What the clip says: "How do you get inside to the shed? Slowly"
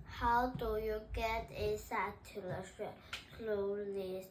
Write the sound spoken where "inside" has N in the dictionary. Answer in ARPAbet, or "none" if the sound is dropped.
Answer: none